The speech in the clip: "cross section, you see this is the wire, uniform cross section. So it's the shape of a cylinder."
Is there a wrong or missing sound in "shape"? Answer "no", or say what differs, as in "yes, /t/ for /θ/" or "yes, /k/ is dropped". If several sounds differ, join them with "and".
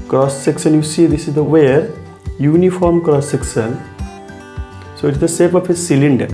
yes, /s/ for /ʃ/